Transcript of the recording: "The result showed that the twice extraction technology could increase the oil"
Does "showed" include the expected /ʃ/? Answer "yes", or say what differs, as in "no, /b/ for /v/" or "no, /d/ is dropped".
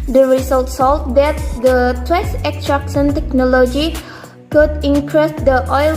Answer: no, /s/ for /ʃ/